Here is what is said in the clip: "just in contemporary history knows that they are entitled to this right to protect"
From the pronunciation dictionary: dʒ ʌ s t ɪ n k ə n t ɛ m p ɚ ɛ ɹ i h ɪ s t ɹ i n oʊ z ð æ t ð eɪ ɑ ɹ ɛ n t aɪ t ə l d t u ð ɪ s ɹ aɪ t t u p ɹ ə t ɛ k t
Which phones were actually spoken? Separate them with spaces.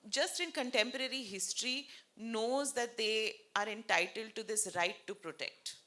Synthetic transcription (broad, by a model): dʒ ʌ s t ɪ n k ə n t ɛ m p ɚ ɛ ɹ i h ɪ s t ɹ i n oʊ z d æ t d eɪ ɑ ɹ ɛ n t aɪ t ə l d t u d ɪ s ɹ aɪ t t u p ɹ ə t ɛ k t